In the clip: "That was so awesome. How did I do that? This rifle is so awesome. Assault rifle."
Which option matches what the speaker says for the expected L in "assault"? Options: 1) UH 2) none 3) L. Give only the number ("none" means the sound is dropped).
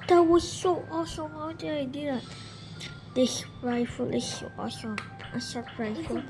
2